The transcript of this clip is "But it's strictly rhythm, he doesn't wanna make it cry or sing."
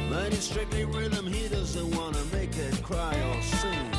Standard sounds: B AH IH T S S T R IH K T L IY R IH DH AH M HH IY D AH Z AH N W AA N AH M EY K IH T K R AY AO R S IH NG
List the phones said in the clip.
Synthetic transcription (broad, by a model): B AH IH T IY S T R IH K T L IY R IH DH AH M HH IY D AH Z AH N W AA N AH M EY K IH T K R AY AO L S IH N